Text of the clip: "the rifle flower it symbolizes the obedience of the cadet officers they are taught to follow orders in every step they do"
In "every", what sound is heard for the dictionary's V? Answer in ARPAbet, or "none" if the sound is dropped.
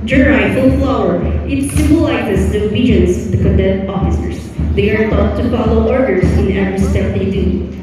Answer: V